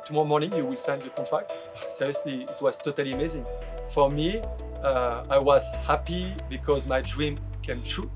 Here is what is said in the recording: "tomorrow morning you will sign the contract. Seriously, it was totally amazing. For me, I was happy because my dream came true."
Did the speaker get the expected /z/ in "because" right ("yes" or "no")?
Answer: yes